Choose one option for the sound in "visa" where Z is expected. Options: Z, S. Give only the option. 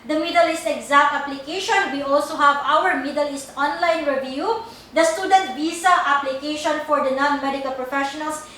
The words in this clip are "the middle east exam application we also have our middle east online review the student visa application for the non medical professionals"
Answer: S